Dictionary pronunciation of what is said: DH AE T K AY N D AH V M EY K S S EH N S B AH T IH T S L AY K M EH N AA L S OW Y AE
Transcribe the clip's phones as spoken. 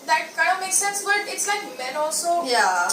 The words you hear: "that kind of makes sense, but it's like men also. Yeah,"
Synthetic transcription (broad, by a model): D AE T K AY D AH M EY K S S EH N S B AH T IH T S L AY K M EH N AA L S OW Y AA